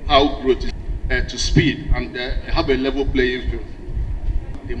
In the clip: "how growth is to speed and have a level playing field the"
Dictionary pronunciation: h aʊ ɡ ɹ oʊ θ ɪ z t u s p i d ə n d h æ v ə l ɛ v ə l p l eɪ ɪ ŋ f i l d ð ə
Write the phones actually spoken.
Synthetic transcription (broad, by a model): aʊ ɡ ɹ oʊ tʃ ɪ t u s p i d ə n d h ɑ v ə l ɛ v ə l p l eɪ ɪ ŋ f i d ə